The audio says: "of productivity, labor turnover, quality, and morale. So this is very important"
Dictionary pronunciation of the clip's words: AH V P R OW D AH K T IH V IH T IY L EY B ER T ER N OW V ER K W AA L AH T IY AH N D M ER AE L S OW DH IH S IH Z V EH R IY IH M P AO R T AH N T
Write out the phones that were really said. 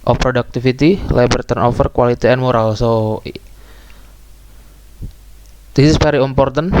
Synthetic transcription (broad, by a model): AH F P R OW D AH K T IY F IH T IY L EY B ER T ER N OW F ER K W AA L AH T IY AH N M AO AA L S OW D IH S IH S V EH R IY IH M P AO R T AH N